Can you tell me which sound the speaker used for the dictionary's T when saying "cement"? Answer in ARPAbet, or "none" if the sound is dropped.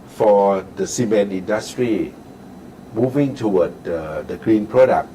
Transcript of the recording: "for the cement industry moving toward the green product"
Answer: none